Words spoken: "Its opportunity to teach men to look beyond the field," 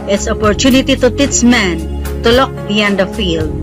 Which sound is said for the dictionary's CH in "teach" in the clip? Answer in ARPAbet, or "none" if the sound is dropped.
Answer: S